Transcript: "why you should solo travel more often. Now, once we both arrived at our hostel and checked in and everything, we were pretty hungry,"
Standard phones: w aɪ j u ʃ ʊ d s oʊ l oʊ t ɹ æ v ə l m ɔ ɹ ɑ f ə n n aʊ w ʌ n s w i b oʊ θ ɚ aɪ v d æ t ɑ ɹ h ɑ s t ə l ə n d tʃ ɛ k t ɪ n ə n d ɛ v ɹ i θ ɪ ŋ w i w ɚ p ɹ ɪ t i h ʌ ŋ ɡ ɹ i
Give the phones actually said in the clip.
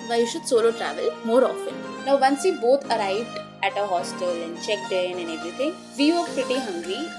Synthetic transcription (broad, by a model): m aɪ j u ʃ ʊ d s oʊ l oʊ t ɹ æ v ə l m ɔ ɹ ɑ f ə n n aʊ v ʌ n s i b oʊ t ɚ aɪ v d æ t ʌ h ɑ s t ə l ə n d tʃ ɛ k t ɪ n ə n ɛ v ɹ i t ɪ ŋ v i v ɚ p ɹ ɪ t i h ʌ ŋ ɡ ɹ i